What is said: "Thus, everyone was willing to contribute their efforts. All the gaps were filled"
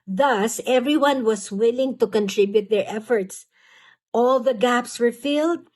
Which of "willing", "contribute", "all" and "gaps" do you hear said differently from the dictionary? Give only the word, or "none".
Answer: none